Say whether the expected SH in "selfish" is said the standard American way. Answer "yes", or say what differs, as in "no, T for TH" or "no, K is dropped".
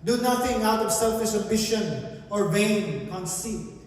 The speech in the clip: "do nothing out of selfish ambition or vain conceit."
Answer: no, S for SH